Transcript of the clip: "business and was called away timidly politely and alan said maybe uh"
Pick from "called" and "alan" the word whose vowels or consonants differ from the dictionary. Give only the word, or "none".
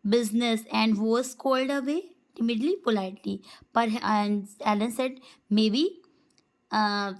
none